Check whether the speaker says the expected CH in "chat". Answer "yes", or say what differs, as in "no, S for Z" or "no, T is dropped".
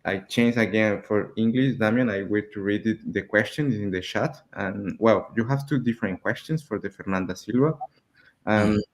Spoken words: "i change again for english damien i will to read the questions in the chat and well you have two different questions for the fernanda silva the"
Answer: no, SH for CH